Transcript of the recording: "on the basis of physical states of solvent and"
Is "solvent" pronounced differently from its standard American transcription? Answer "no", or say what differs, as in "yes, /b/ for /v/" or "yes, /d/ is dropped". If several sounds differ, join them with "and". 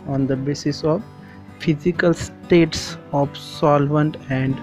no